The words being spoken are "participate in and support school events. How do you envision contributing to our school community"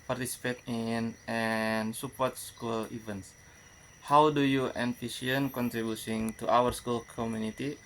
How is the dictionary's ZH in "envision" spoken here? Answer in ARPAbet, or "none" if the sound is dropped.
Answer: S